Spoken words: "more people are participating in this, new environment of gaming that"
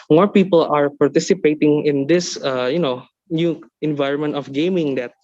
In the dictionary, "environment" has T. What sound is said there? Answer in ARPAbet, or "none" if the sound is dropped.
T